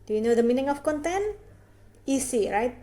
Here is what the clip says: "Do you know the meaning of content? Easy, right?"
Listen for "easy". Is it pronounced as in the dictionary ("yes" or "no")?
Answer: no